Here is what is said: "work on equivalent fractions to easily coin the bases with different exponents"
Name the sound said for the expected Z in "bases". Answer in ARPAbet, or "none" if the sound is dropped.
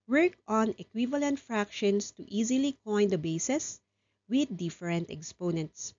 S